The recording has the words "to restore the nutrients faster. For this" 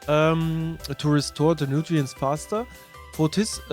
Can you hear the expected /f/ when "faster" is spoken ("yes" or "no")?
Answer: no